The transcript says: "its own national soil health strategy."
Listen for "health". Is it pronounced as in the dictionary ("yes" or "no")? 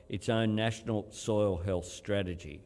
yes